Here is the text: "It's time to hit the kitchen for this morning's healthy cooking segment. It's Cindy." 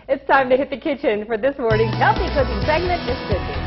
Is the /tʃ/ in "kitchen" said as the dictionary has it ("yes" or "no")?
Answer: yes